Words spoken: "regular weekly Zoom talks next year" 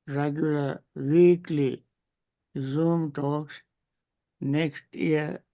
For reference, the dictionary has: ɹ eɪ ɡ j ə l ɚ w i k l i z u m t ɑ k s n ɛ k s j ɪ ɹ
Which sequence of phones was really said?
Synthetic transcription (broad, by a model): ɹ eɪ ɡ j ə l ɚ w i k l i z u m t ɑ k s n ɛ k s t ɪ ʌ